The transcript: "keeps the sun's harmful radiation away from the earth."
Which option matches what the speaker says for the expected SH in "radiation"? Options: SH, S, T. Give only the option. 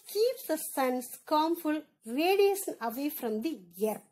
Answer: S